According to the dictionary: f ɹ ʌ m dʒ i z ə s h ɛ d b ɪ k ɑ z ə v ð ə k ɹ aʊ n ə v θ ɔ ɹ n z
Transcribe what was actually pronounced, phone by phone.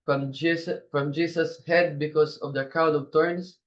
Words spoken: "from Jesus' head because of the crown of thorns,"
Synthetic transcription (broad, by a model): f ɹ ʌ m dʒ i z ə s h ɛ d b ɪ k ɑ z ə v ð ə k aʊ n ə v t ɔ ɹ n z